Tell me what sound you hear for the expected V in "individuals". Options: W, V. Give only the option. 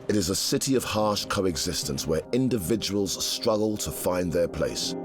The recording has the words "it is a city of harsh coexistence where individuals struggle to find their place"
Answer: V